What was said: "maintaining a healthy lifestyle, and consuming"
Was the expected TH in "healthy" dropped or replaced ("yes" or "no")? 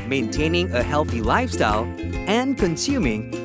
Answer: no